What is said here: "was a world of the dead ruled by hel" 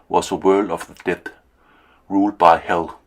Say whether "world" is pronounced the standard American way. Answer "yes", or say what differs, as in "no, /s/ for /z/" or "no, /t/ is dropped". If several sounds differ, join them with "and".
yes